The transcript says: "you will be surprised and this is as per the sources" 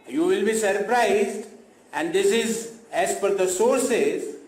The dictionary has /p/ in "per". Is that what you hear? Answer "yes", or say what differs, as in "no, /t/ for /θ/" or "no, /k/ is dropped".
no, /f/ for /p/